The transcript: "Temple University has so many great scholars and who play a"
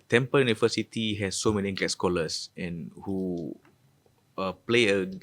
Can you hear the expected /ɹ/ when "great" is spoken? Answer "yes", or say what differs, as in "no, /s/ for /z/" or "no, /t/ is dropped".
no, /l/ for /ɹ/